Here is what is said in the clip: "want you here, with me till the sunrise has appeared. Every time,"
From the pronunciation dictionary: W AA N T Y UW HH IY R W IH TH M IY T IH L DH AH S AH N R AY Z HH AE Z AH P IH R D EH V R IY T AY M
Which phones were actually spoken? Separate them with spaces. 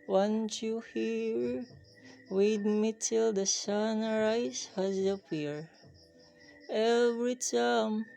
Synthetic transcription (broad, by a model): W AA N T Y UW HH IY R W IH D M IY T IH L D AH S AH N R AY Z HH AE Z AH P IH R EH V R IY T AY M